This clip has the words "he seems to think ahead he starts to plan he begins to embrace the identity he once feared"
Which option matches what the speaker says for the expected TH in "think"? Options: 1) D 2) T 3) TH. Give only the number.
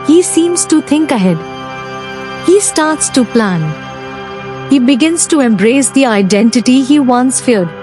2